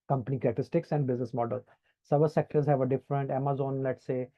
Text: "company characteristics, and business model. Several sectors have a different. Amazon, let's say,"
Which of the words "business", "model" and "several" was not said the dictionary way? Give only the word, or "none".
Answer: several